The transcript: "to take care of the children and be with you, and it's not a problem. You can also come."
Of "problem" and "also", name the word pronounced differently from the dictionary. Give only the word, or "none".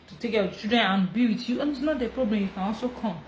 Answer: none